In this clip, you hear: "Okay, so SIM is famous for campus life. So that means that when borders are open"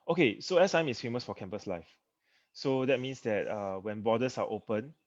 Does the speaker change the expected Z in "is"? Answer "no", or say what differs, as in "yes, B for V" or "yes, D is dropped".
yes, S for Z